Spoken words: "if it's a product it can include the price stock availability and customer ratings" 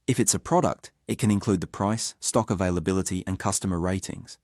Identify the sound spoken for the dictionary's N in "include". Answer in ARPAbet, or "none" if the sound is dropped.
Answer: N